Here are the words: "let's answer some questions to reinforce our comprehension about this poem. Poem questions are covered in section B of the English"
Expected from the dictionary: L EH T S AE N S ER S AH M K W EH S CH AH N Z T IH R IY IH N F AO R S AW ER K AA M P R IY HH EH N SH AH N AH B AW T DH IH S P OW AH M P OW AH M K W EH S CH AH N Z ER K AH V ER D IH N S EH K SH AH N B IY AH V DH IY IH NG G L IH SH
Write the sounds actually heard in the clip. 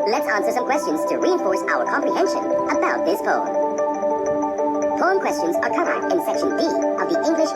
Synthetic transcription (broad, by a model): L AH T S AE N S ER S AH M K W EH S CH AH N Z T IH R IY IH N F AO R S AW ER K AA M P R IY HH EH N SH AH N AH B AW T DH IH S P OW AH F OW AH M K W EH S CH AH N Z ER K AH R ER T IH N S EH K SH AH N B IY AH V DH IY IH NG G L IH SH